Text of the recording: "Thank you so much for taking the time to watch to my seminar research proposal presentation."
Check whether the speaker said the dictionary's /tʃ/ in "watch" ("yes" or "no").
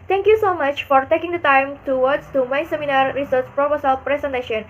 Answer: no